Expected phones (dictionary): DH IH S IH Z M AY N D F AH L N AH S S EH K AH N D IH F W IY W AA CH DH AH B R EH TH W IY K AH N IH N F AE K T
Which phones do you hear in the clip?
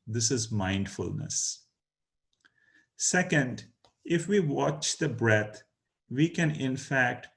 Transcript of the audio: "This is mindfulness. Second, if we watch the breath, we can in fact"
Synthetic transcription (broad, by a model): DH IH S IH Z M AY N D F AH L N AH S S EH K AH N D IH F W IY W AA CH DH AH B R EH T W IY K AH N IH N F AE K T